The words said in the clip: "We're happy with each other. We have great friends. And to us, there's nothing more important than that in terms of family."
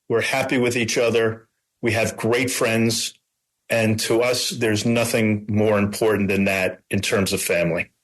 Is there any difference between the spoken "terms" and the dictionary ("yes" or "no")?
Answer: no